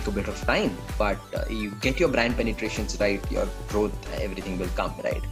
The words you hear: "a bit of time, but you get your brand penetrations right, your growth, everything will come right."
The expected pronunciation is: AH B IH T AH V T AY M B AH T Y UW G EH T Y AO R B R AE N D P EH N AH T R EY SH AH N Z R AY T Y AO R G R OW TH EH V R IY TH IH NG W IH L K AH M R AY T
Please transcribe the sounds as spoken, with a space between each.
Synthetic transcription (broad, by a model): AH B IH T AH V T AY M B AH T Y UW G EH T Y AO R B R AE N D P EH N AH T R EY SH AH N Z R AY T Y AO R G R OW T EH V R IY T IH NG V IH L K AH M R AY T